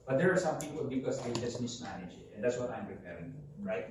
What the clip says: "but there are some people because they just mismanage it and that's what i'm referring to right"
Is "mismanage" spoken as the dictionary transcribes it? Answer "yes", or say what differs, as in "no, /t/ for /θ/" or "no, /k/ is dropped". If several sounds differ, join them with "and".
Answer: no, /l/ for /n/